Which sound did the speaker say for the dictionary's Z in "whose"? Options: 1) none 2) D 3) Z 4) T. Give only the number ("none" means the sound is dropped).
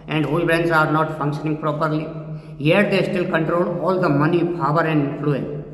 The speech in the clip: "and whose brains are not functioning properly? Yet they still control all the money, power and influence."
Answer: 1